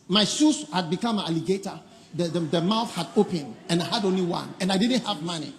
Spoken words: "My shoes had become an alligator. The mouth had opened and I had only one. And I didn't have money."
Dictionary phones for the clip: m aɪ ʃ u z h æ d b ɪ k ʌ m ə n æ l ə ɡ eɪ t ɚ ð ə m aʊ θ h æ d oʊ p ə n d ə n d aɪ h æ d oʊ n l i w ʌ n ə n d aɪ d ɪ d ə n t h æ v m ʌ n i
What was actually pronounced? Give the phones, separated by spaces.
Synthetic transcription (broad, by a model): m aɪ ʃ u s h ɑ d b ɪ k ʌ m ə n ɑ l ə ɡ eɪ t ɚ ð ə m aʊ θ h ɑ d oʊ p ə n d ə n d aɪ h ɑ d oʊ n l i w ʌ n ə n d aɪ d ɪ d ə n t h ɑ v m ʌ n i